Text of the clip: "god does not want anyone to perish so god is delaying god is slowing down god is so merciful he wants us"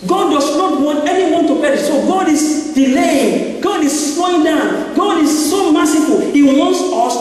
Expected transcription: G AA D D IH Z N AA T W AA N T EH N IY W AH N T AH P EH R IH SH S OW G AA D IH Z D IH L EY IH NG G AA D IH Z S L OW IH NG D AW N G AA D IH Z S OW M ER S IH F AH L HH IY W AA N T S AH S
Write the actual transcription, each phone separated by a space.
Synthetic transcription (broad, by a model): G AA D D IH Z N AA T W AA N T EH N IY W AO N T AH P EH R S OW G AA D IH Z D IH L EY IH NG G AA D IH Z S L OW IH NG D AW N G AA D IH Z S OW M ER S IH F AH L HH IY W AA N T S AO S